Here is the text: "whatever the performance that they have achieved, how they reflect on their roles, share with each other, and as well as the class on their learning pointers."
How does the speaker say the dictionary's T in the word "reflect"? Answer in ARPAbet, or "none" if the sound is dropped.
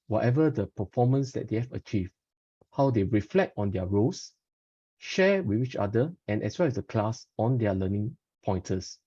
T